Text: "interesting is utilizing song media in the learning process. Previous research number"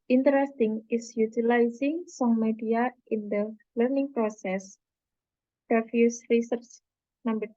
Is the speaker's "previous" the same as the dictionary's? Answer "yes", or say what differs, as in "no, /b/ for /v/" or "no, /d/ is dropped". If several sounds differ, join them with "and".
no, /f/ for /v/